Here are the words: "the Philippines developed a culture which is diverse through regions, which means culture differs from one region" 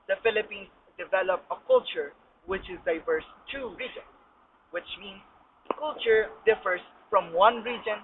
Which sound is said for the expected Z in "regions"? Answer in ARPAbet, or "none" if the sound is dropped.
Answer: S